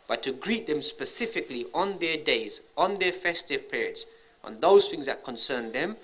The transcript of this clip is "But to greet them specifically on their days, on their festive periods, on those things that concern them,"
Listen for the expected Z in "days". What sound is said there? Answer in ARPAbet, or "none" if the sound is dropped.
Z